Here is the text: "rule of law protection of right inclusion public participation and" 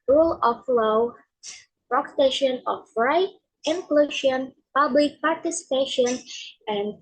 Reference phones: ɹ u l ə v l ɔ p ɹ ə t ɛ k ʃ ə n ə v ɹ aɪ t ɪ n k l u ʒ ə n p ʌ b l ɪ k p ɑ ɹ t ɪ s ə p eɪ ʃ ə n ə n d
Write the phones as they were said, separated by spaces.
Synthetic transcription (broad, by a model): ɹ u l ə f l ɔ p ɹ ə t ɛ ʃ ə n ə f ɹ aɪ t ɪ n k l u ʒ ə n p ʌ b l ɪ k p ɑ ɹ t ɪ s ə p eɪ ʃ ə n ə n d